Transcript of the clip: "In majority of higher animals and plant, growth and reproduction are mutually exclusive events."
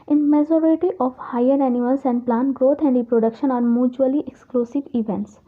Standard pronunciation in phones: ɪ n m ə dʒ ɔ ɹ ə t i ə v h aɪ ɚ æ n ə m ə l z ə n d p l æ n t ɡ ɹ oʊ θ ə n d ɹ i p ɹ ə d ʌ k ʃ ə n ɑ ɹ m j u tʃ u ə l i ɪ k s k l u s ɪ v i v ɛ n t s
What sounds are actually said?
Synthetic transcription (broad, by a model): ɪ n m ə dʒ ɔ ɹ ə t i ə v h aɪ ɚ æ n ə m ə l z ə n d p l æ n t ɡ ɹ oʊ t ə n d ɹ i p ɹ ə d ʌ k ʃ ə n ɑ ɹ m j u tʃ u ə l i ɪ k s k l u s ɪ v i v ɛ n t s